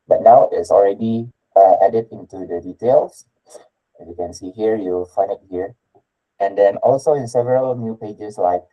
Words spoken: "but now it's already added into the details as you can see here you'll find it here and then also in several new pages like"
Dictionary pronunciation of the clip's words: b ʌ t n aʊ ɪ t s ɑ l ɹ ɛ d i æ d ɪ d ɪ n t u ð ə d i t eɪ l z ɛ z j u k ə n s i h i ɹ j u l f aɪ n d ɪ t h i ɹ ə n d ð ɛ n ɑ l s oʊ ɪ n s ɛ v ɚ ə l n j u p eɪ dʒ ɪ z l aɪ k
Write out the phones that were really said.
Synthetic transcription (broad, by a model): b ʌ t n aʊ ɪ t s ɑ l ɹ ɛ d i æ d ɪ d ɪ n t u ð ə d i t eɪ l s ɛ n j u k ə n s i h i ɹ j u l f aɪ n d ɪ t h i ɹ ə n d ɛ n ɑ l s oʊ ɪ n s ɛ v ɚ ə l n j u p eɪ dʒ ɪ s l aɪ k